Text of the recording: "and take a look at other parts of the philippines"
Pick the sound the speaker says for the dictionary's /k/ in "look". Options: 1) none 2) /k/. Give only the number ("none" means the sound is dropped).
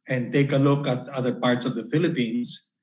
2